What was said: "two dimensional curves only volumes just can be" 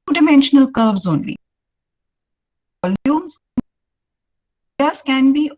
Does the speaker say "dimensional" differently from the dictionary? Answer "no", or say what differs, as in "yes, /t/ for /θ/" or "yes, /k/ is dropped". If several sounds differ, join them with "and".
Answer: no